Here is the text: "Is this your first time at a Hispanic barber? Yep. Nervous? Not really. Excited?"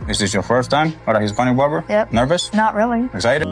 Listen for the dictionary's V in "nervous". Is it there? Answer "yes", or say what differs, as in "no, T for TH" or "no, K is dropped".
yes